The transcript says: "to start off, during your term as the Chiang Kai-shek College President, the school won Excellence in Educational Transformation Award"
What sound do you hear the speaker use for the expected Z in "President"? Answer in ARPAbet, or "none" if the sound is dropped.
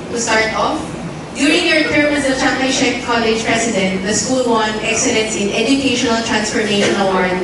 S